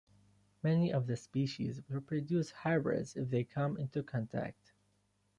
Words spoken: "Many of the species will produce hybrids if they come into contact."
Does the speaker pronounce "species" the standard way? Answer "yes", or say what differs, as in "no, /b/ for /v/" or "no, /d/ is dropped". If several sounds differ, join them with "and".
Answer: yes